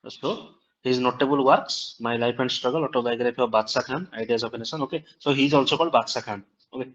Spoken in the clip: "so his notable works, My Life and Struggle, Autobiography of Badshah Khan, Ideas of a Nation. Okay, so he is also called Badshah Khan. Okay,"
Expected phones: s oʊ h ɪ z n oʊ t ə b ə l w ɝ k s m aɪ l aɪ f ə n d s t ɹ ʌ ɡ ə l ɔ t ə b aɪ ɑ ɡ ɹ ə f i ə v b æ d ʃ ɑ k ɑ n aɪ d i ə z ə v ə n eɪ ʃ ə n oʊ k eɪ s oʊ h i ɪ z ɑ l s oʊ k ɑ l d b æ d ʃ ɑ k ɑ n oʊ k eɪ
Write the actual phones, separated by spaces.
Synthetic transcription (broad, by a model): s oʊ h ɪ z n oʊ t ə b ə l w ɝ k s m aɪ l aɪ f ə n d s t ɹ ʌ ɡ ə l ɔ t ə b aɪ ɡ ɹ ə p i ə b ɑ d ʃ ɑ k ɑ n aɪ d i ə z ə p ə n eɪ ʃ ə n oʊ k eɪ s oʊ h i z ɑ l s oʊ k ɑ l b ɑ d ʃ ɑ k ɑ n oʊ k eɪ